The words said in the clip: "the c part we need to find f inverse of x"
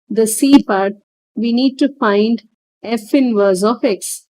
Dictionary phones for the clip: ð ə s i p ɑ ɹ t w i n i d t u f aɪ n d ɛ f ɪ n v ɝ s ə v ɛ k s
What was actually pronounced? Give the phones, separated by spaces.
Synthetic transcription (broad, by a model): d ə s i p ɑ ɹ t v i n i d t u f aɪ n d ɛ f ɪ n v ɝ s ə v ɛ k s